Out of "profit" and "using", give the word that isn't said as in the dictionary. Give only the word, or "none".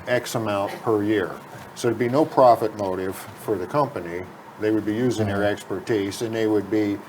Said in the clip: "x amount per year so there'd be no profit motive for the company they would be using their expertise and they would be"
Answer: none